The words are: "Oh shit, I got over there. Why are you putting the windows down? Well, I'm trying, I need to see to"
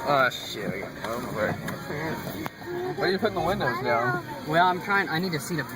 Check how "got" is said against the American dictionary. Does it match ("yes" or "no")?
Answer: no